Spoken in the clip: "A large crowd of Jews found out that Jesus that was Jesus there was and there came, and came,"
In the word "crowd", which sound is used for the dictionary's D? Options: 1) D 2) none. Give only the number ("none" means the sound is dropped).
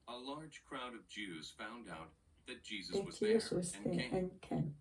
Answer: 1